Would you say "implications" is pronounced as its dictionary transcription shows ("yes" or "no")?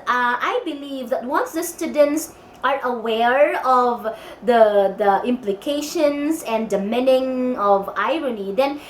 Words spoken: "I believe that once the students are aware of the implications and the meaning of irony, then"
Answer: no